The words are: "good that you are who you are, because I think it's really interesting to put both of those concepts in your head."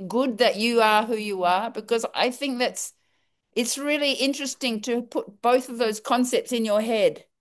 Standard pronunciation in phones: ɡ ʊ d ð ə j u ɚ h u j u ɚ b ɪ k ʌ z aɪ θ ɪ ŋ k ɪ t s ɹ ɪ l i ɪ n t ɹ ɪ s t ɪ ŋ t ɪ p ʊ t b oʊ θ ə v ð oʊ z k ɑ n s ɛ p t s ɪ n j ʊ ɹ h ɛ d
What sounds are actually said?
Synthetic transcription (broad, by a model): ɡ ʊ d ð ə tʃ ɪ ɚ h u j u ɚ b ɪ k ʌ z aɪ θ ɪ ŋ k ɪ t s ɹ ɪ l i ɪ n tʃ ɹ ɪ s t ɪ ŋ t ɪ p ʊ t b oʊ θ ə v ð oʊ z k ɑ n s ɛ p t s ɪ n j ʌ ɹ h ɛ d